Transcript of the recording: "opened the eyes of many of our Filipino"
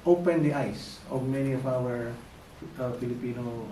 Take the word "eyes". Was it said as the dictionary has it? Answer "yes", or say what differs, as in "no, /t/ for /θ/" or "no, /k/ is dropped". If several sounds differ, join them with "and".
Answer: no, /s/ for /z/